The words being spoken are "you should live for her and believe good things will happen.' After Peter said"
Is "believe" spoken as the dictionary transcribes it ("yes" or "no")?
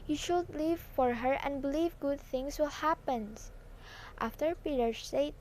yes